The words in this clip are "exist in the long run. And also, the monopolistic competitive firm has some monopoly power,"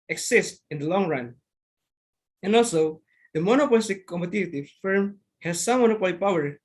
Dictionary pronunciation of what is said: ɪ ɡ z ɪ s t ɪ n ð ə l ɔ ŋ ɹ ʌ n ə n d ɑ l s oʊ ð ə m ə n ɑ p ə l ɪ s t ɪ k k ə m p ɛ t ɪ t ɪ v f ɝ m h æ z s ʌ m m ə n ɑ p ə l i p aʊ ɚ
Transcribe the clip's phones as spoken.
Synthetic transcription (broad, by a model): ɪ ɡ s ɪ s t ɪ n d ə l ɔ ŋ ɹ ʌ n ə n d ɑ l s oʊ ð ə m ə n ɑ p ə l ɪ s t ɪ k k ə m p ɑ t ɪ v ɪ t f ɝ m h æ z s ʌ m m ə n ɑ p ə l i p aʊ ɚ